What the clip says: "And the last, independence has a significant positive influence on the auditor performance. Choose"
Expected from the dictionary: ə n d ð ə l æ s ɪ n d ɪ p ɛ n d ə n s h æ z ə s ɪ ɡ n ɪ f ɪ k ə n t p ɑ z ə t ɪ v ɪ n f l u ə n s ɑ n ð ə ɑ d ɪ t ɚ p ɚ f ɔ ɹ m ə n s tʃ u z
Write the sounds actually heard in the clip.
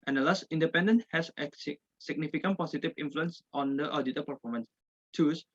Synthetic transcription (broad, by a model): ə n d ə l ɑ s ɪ n d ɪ p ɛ n d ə n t h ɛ s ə s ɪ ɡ n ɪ f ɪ k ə n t p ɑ s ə t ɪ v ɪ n f l u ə n s ɑ n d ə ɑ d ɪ t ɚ p ɚ f ɔ ɹ m ə n s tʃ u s